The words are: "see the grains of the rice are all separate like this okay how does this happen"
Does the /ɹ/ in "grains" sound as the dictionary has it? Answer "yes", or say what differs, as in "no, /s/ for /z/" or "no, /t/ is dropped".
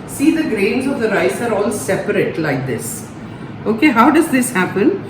yes